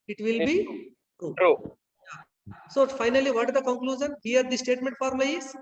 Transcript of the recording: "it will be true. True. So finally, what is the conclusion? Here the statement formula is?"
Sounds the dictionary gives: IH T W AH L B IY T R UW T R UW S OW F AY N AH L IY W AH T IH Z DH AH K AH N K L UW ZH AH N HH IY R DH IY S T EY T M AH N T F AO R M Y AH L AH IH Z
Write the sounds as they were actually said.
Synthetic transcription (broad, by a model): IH T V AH L B IY T R UW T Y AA S OW F AY N AH L IY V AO T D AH K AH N K L UW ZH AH N HH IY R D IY S T EY T M AH N T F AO R M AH AH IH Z